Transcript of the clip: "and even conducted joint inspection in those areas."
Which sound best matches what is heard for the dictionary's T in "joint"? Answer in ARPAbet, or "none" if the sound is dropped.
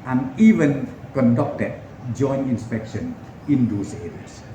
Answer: none